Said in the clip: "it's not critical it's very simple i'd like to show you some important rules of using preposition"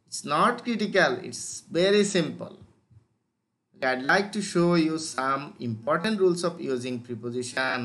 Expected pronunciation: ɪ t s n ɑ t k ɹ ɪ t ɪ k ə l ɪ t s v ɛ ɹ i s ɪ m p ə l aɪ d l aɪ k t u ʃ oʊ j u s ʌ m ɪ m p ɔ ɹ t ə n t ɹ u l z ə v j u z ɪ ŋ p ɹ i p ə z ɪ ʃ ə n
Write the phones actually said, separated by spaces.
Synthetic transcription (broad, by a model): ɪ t s n ɑ t k ɹ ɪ t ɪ k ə l ɪ t s v ɛ ɹ i s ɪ m p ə l aɪ d l aɪ k t u ʃ oʊ j u s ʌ m ɪ m p ɔ ɹ t ə n t ɹ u l s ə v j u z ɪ ŋ p ɹ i p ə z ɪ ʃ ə n